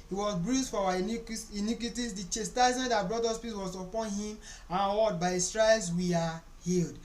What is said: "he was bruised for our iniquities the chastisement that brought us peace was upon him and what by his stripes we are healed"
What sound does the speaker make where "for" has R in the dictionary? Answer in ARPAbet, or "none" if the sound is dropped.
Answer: W